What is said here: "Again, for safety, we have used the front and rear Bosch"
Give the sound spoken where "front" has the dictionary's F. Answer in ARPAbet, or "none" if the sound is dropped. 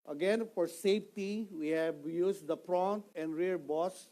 P